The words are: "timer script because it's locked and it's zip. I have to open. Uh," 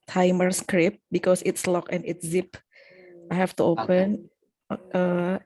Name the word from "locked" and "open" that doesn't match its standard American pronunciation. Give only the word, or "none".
locked